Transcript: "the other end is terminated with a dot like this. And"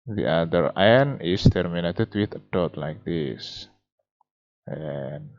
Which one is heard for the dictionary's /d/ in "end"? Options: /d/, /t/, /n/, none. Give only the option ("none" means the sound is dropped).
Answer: none